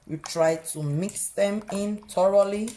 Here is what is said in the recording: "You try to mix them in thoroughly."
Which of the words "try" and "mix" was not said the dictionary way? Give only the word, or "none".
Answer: none